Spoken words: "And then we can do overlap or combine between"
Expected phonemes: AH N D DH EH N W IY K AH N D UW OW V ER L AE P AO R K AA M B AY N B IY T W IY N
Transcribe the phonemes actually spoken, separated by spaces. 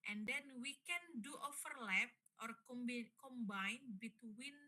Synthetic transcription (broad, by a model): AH N D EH N W IY K AH N D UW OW F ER L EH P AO R K AA M B AY N B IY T W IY N